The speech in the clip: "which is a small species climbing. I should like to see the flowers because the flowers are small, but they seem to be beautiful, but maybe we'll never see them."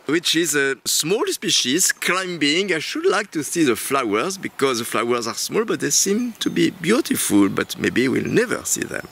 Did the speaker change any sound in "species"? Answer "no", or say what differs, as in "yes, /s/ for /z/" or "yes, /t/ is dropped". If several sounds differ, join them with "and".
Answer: no